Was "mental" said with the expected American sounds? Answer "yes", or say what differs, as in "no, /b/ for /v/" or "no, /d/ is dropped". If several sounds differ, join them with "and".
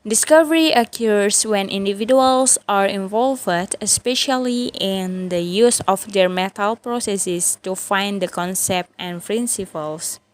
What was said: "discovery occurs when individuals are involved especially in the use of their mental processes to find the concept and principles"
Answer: no, /n/ is dropped